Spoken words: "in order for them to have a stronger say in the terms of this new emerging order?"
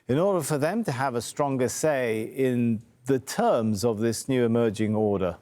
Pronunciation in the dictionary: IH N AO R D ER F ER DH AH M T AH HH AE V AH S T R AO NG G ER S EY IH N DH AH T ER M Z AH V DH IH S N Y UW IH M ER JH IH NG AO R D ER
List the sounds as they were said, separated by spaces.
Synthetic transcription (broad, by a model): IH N AO R D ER F ER DH AH M T AH V AH S T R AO NG G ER S EY IH N DH AH T ER M Z AH V DH IH S N Y UW IH M ER JH IH NG AO R D ER